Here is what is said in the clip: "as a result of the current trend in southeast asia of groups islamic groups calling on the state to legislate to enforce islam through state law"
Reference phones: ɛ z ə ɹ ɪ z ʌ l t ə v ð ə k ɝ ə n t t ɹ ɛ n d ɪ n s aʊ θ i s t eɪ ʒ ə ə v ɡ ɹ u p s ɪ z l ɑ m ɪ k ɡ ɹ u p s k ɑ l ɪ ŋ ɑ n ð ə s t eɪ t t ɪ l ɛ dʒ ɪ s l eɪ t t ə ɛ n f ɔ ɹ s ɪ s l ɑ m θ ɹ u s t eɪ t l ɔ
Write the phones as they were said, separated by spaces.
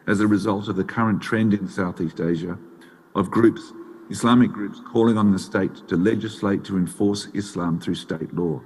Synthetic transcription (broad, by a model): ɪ z ə ɹ ɪ z ʌ l t ə v ð ə k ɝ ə n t t ɹ ɛ n d ɪ n s aʊ θ i s t eɪ ʒ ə ə v ɡ ɹ u p s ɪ s l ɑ m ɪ k ɡ ɹ u p s k ɑ l ɪ ŋ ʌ n ð ə s t eɪ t t ɪ l ɛ dʒ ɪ s l eɪ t t ə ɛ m f ɔ ɹ s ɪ s l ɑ m θ ɹ u s t eɪ t l ɔ